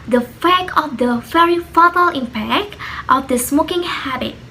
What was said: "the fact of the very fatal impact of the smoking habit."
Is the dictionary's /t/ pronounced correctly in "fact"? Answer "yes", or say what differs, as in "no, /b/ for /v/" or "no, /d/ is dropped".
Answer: no, /t/ is dropped